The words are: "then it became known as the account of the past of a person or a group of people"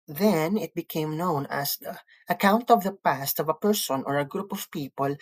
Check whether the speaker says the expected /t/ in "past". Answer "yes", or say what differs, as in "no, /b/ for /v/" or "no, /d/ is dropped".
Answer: yes